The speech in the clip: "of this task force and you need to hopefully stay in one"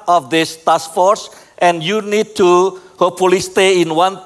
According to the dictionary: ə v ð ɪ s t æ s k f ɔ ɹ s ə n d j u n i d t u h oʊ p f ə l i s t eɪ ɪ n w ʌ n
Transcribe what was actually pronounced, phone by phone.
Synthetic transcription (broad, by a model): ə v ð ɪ s t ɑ s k f ɔ ɹ s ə n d j u n i d t u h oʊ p ə l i s t eɪ ɪ n w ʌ n